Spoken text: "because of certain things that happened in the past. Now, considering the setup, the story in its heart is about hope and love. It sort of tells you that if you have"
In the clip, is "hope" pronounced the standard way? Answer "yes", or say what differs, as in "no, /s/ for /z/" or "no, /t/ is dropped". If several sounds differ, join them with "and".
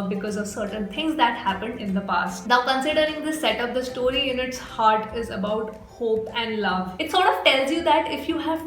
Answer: yes